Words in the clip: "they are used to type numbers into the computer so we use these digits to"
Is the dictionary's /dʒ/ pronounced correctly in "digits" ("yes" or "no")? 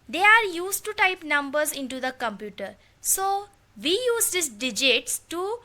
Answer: yes